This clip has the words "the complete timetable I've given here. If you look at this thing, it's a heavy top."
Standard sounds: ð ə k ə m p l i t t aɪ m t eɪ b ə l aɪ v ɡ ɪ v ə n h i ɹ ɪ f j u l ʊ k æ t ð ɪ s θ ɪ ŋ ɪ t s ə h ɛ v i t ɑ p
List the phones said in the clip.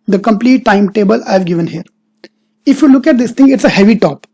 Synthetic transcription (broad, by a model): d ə k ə m p l i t t aɪ m t eɪ b ə l aɪ v ɡ ɪ v ə n h i ɹ ɪ f j u l ʊ k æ t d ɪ s t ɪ ŋ ɪ t s ə h ɛ v i t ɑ p